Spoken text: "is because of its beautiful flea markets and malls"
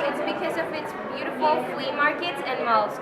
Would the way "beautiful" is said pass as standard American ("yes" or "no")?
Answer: yes